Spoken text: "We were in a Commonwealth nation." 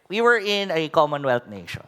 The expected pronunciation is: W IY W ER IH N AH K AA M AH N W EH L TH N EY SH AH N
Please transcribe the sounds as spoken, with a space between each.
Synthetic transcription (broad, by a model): W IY W ER IH N AH K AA M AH N W EH L T N EY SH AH N